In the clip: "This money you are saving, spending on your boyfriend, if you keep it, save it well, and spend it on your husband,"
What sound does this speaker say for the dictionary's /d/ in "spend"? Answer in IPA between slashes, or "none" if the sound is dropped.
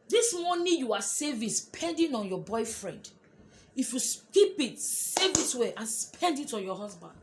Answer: /d/